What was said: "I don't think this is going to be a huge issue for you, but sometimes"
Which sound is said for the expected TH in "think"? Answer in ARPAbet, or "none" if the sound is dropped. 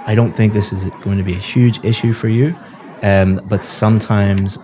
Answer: TH